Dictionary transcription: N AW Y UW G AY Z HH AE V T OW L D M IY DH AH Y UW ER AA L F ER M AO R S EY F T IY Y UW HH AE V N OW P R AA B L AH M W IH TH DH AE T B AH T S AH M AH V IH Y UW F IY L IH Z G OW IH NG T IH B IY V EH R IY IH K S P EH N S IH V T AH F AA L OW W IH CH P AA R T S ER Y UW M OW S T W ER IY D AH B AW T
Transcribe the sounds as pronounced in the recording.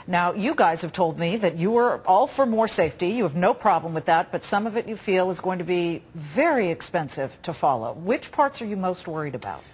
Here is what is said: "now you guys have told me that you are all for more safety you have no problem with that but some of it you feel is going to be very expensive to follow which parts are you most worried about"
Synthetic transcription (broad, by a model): N AW Y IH G AY Z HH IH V T OW L D M IY DH AH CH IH ER AA L F ER M AO R S EY F T IY Y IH V N OW P R AA B L AH M W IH DH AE T B AH T S AH M AH V IH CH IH F IY L IH Z G OW IH NG T IH B IY V EH R IY IH K S P EH N S IH V T AH F AA L OW W IH CH P AA R T S ER Y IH M OW S T W ER IY D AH B AW T